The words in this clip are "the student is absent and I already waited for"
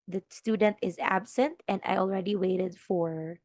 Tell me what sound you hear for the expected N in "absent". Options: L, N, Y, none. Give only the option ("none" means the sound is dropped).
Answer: N